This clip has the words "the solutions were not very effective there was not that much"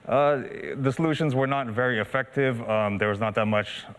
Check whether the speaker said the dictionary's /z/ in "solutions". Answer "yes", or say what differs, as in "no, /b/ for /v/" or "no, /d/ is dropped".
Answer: yes